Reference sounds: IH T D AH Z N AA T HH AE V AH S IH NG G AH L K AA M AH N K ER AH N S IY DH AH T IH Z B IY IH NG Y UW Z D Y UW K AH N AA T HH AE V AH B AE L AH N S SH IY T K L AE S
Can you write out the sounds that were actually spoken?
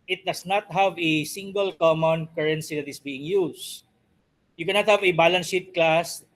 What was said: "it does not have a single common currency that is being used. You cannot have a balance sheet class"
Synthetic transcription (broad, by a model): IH T D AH S N AA T HH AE V AH S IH NG G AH L K AA M AH N K ER AH N S IY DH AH T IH S B IY IH NG Y UW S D Y UW K AH N AA T HH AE V AH B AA L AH N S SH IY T K L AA S